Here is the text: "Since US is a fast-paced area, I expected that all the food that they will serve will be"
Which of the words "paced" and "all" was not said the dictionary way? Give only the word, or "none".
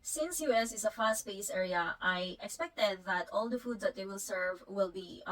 paced